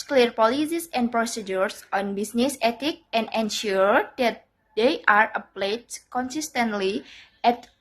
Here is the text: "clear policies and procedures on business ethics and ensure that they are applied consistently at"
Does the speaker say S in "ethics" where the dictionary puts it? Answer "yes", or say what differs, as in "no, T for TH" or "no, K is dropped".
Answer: no, S is dropped